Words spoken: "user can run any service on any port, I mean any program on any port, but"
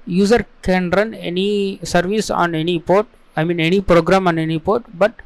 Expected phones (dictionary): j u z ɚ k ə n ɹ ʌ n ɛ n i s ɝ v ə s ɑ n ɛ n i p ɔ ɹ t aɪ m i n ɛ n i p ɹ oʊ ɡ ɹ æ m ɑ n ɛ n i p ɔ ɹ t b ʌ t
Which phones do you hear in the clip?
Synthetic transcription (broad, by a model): j u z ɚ k ə n ɹ ʌ n ɛ n i s ɝ v ə s ɑ n ɛ n i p ɔ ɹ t aɪ m i n ɛ n i p ɹ oʊ ɡ ɹ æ m ɑ n ɛ n i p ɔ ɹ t b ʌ t